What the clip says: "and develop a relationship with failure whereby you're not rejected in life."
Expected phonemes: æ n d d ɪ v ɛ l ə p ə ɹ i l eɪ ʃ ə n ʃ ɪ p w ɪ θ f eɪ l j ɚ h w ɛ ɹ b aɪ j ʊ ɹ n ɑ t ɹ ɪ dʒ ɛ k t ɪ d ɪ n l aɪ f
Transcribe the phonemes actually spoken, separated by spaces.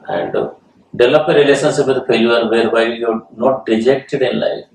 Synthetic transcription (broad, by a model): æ n d d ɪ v l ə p ə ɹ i l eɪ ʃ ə n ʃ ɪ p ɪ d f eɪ j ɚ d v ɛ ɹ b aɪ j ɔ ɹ n ɑ t ɹ ɪ dʒ ɛ k t ɪ d ɪ n l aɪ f